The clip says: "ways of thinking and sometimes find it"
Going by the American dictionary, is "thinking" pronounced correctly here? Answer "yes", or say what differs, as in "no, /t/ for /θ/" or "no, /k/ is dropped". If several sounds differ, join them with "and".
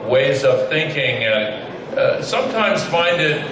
yes